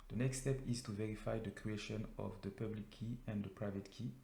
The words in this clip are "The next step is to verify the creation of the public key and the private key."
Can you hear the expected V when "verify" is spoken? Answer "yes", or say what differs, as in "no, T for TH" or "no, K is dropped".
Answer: yes